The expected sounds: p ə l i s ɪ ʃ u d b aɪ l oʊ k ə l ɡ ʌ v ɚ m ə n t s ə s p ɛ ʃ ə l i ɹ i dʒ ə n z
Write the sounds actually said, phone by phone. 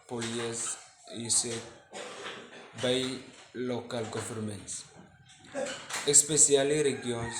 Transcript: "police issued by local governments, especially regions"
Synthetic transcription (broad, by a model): p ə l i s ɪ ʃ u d b aɪ l oʊ k ə l ɡ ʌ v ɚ m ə n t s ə s p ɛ s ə l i ɹ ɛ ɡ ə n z